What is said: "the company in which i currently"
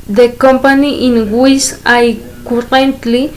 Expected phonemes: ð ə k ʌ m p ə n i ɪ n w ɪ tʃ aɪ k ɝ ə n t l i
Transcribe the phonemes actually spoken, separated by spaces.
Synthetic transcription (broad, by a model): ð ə k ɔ m p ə n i ɪ n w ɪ s aɪ k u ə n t l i